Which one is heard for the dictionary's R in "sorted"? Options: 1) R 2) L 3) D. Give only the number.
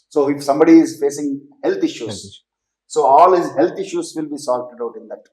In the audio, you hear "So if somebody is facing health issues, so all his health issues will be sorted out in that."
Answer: 2